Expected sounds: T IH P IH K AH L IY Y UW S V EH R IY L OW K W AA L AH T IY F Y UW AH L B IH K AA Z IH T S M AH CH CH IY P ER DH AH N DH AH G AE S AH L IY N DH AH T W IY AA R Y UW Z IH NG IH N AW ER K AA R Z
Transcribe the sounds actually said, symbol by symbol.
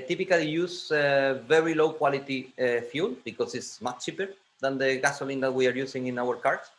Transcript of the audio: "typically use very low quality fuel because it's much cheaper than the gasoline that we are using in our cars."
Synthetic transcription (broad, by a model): T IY P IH K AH L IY Y UW S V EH R IY L OW K W AA L AH T IY F Y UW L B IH K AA S IH T S M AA CH CH IY P ER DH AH N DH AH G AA S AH L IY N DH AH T W IY AA R Y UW S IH NG IH N AW ER K AA R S